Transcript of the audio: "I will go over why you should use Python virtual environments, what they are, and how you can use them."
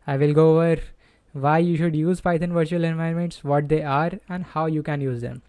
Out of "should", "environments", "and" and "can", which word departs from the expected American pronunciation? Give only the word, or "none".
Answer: environments